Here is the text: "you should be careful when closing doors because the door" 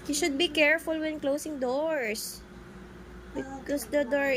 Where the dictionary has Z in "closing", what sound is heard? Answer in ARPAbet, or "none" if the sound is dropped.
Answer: S